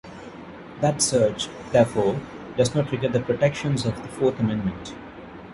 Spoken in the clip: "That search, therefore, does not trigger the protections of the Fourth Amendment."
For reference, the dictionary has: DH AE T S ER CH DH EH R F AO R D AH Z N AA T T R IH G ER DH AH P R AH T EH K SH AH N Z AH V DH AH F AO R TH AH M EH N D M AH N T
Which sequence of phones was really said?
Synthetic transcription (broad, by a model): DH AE T S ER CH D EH R F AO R D AH Z N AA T T R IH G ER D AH P R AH T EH K SH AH N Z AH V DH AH F AO R T AH M EH N D M AH N T